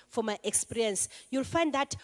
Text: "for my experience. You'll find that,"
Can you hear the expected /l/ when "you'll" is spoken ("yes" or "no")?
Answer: yes